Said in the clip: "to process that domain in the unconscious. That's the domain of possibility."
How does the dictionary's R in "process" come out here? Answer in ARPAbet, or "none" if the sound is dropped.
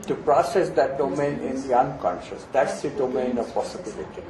R